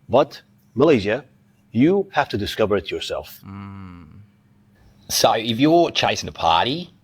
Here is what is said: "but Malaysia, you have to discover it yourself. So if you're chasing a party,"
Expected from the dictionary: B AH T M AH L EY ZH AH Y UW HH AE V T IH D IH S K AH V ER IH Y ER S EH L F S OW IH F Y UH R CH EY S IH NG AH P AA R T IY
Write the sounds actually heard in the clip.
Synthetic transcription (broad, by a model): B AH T M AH L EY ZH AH Y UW HH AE F T IH D IH S K AH V ER IH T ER S EH L F S OW IH F Y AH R CH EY S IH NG AH P AA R T IY